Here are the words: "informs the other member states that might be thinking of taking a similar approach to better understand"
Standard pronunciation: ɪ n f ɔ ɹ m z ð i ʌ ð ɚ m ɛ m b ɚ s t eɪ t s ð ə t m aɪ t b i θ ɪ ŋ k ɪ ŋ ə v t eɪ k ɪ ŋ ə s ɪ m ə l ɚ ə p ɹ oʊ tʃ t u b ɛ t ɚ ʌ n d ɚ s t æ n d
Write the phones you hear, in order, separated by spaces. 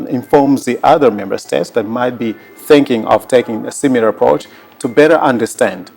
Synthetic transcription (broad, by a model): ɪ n f ɔ ɹ m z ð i ʌ ð ɚ m ɛ m b ɚ s t eɪ t s ð ə t m aɪ t b i θ ɪ ŋ k ɪ ŋ ə v t eɪ k ɪ ŋ ə s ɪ m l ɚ ə p ɹ oʊ tʃ t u b ɛ t ɚ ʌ n d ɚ s t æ n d